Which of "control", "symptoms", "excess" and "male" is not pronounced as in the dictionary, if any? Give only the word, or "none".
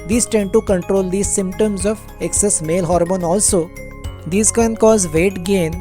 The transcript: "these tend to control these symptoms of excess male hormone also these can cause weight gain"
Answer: none